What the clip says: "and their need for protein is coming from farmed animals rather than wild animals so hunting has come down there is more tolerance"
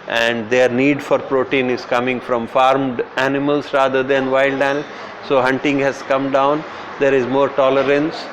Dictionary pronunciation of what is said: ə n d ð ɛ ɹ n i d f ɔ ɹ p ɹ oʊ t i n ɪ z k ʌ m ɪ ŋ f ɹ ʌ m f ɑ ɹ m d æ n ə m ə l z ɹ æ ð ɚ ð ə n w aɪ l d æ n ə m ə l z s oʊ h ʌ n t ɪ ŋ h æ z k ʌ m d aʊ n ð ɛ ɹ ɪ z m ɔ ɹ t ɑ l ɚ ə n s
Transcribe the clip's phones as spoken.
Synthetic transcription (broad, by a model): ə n d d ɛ ɹ n i d f ɔ ɹ p ɹ oʊ t i n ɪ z k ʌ m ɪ ŋ f ɹ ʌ m f ɑ ɹ m d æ n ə m ə l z ɹ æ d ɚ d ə n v aɪ l d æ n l s oʊ h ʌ n t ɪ ŋ h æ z k ʌ m d aʊ n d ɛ ɹ ɪ z m ɔ ɹ t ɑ l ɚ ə n s